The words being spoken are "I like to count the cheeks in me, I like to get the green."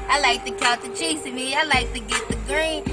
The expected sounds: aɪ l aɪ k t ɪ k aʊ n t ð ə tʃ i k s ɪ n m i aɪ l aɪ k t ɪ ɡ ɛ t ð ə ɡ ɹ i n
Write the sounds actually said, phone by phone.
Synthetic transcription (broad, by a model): aɪ l aɪ k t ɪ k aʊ l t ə tʃ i s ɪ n m i aɪ l aɪ k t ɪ ɡ ɛ t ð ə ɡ ɹ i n